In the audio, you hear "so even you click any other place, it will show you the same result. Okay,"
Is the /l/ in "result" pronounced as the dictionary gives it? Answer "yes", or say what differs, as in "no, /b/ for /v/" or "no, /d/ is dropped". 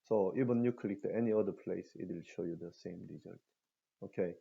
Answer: no, /l/ is dropped